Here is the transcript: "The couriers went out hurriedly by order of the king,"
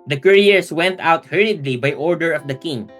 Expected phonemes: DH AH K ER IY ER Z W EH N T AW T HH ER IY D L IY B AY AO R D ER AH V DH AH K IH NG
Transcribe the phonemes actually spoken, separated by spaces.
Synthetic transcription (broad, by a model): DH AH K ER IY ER S W EH N T AW T HH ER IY D L IY B AY AO R D ER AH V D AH K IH NG